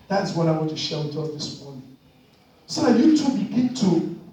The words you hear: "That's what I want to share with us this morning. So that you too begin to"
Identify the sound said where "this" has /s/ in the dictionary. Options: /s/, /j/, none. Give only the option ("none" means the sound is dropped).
/s/